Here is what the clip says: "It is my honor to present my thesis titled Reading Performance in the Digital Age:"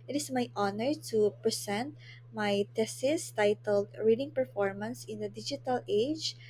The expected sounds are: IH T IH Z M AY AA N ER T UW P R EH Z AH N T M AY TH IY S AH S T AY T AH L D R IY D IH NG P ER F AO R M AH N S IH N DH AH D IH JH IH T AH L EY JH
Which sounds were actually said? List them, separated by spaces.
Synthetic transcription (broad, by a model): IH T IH S M AY AA N ER T UW P R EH S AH N T M AY T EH S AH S T AY T AH L D R IY D IH NG P ER F AO R M AH N S IH N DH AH D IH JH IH T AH L EY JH